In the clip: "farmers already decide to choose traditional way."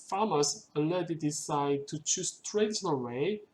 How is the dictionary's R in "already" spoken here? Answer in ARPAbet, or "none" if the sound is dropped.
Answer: none